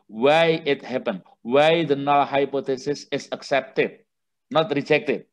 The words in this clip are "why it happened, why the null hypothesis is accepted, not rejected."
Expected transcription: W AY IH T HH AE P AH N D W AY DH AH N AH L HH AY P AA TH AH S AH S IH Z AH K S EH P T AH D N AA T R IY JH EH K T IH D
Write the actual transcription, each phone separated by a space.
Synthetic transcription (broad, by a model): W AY IH T HH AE P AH N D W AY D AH N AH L HH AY P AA T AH S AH S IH S AH K S EH P T AH D N AA T R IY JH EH K T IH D